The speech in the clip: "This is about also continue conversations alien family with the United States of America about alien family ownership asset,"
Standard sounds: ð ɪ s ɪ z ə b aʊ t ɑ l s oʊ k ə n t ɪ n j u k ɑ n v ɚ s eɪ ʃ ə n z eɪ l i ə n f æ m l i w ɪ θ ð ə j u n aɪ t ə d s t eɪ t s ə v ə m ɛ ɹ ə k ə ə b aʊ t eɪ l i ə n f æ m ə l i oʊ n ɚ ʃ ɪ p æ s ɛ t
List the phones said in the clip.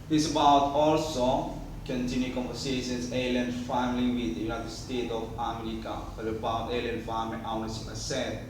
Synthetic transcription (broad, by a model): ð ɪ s ə b aʊ t ɑ l s oʊ k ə n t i n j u k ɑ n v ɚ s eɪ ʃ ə n s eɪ l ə n f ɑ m l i w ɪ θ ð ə j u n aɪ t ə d s t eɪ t ə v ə m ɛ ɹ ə k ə ə b aʊ t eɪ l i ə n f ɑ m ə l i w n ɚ s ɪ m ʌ s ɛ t